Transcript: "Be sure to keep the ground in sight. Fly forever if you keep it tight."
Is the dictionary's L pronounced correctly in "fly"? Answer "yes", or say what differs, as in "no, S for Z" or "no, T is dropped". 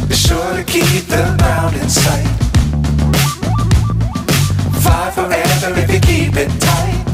no, L is dropped